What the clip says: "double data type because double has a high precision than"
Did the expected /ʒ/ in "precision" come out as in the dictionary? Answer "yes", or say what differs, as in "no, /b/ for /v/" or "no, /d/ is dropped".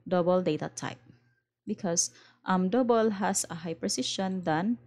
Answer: no, /ʃ/ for /ʒ/